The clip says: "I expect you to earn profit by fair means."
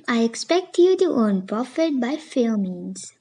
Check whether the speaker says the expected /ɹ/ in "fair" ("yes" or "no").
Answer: no